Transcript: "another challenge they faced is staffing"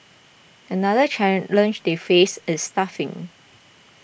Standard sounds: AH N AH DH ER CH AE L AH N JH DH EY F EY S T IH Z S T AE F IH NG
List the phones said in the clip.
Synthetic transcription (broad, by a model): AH N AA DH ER CH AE L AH N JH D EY F EY S IH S T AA F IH NG